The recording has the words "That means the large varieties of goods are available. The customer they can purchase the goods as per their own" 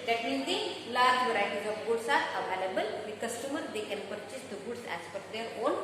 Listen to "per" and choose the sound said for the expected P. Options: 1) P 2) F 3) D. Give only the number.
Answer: 2